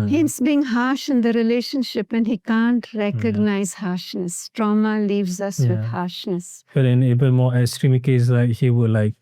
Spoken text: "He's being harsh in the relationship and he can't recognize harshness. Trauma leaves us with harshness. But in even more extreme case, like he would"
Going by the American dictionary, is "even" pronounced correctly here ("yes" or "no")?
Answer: no